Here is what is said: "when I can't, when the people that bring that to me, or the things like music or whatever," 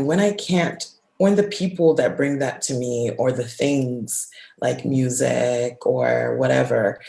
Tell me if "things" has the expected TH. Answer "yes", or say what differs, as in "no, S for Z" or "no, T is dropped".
yes